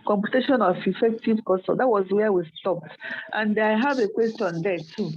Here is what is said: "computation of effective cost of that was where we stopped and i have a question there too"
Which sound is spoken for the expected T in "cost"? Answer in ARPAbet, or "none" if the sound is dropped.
none